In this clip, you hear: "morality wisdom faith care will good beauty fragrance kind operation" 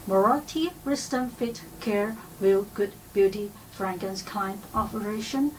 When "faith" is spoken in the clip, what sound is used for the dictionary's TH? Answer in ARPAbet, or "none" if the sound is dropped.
T